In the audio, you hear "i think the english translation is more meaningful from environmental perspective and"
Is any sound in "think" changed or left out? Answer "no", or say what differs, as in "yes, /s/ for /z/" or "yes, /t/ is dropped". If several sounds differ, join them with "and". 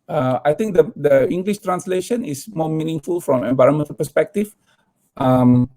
yes, /t/ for /θ/